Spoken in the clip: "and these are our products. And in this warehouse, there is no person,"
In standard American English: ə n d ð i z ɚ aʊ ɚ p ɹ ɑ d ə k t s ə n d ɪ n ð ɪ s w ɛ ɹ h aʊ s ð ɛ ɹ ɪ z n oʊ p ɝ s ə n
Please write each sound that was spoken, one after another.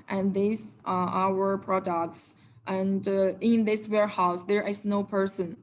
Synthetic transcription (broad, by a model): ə n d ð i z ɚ aʊ ɚ p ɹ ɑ d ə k t s ə n d ɪ n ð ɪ s w ɛ ɹ h aʊ s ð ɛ ɹ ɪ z n oʊ p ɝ s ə n